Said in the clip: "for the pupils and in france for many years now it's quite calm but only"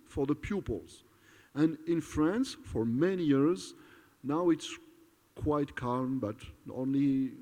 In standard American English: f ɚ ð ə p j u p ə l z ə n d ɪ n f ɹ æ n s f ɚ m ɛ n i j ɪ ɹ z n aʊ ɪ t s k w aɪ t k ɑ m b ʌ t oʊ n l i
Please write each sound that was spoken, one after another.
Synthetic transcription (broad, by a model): f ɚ ð ə p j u p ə l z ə n ɪ n f ɹ æ n s f ɚ m ɛ n i j ɪ ɹ z n aʊ ɪ t s k w aɪ t k ɑ m b ʌ t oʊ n l i